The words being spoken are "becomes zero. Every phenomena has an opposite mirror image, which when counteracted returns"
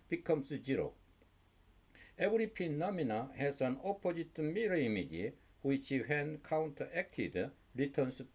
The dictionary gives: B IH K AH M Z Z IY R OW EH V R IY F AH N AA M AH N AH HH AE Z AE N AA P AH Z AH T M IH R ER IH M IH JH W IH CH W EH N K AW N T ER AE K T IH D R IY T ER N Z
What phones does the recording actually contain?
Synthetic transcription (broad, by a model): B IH K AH M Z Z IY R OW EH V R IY P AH N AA M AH N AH HH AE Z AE N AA P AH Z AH T M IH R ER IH M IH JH W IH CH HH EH N K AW N T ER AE K T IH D R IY T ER N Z